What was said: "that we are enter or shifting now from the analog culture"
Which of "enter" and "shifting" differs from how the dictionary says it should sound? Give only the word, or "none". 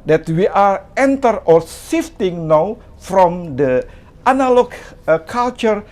shifting